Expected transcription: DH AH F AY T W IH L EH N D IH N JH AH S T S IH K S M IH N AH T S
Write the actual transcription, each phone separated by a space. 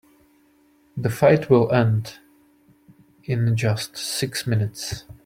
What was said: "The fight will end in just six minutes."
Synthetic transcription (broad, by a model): DH AH F AY T W IH L EH N D IH N JH AH S T S IH K S M IH N AH T S